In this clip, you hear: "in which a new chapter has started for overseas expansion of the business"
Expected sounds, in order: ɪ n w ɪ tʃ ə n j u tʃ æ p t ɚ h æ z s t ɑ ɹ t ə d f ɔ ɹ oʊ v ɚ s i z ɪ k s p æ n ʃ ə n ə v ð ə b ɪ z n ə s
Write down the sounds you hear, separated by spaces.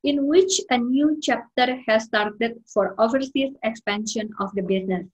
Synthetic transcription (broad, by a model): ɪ n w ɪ tʃ ə n j u tʃ æ p t ɚ h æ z s t ɑ ɹ t ə d f ɔ ɹ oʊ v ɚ s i s ɪ k s p æ n ʃ ə n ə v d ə b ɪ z n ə s